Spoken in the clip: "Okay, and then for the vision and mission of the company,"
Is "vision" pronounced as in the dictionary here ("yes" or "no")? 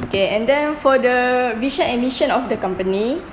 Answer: no